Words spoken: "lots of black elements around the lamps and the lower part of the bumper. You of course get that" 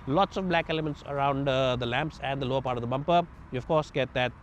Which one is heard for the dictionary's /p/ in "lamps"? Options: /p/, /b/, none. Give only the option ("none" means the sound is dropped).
/p/